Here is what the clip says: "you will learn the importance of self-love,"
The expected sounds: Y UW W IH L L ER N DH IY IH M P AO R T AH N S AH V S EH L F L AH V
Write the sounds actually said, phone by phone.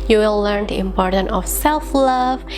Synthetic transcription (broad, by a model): Y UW W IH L L ER N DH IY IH M P AO R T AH N AH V S EH L F L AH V